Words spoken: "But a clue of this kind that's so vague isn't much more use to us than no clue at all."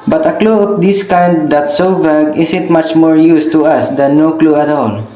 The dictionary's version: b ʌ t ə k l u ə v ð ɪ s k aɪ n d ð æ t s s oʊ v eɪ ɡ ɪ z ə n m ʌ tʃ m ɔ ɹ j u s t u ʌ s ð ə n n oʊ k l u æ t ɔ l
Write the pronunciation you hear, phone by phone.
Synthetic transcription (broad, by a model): b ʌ t ə k l u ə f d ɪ s k aɪ n d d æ t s s oʊ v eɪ ɡ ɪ s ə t m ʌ tʃ m ɔ ɹ j u s t u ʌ s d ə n n oʊ k l u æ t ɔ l